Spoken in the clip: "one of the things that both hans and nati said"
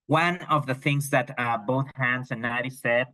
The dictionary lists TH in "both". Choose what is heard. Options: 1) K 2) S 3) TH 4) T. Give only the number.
3